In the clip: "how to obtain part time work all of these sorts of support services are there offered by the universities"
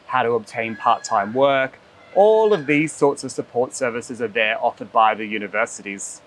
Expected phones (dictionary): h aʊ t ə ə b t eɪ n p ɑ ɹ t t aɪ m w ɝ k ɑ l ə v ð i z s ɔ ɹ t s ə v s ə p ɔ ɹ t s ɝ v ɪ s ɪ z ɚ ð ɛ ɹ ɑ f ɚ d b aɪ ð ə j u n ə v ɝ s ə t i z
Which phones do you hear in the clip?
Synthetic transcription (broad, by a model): h aʊ t ə ə b t eɪ n p ɑ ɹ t t aɪ m w ɝ k ɑ l ə v ð i z s ɔ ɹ t s ə v s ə p ɔ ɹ t s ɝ v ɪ s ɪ z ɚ ð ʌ ɹ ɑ f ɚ d b aɪ ð ə j u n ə v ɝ s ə t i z